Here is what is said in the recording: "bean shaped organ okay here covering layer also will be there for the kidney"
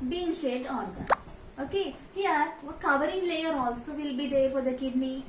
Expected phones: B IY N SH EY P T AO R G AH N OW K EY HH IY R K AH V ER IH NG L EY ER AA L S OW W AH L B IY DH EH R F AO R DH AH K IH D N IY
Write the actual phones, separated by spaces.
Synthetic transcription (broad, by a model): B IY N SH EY T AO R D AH OW K EY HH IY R K AH V ER IH NG L EY ER AA L S OW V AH L B IY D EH R F AO R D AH K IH D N IY